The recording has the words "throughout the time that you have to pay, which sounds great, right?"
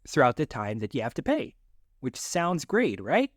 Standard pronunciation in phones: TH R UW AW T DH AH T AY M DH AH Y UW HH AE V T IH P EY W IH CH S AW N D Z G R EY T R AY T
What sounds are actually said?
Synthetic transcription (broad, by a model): TH R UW AW T DH AH T AY M DH AH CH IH HH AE F T IH P EY W IH CH S AW N D Z G R EY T R AY T